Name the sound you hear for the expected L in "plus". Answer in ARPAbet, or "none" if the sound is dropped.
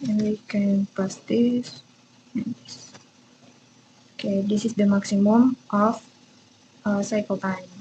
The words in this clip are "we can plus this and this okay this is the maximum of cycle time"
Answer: none